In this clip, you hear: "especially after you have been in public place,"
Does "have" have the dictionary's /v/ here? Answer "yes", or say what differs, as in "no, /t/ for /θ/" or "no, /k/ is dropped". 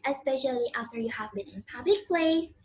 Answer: yes